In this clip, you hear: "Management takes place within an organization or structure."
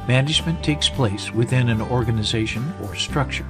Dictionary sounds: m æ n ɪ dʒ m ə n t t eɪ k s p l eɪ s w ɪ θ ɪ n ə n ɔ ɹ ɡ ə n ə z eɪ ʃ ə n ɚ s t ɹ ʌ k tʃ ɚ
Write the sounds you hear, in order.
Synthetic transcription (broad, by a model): m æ n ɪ dʒ m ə n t t eɪ k s p l eɪ s w ɪ θ ɪ n ə n ɔ ɹ ɡ ə n ə z eɪ ʃ ə n ɚ s t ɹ ʌ k tʃ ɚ